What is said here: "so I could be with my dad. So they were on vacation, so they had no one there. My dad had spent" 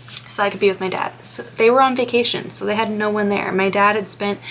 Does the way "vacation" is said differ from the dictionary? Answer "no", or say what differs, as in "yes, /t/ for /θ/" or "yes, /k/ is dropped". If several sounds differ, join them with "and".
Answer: no